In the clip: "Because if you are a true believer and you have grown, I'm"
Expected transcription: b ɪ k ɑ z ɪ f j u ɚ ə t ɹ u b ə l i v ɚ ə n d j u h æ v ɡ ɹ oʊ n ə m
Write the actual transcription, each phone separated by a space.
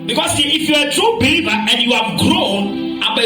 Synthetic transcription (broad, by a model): b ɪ k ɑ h ɪ f j u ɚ ə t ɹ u b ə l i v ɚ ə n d j u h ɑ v ɡ ɹ oʊ n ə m